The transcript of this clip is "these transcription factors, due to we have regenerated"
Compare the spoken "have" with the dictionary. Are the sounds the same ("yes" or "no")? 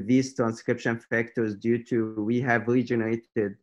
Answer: yes